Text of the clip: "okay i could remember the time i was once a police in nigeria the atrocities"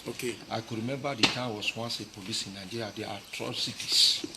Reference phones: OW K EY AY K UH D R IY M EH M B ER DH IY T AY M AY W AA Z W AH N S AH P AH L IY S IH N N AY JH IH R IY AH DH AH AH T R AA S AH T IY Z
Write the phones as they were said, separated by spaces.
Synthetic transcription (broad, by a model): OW K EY AY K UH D R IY M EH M B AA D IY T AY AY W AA S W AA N S AH P AH L IY S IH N N AY JH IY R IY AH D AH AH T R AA S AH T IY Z